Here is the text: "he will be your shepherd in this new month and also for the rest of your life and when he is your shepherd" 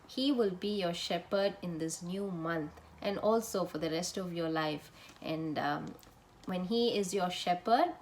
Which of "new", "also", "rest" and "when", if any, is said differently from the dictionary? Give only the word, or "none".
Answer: none